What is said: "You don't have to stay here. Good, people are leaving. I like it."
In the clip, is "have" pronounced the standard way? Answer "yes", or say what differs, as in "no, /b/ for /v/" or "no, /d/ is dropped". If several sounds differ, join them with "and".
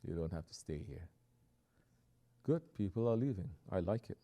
no, /f/ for /v/